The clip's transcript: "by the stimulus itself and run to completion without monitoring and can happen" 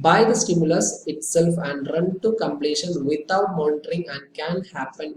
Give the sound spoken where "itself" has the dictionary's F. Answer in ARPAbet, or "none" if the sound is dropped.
F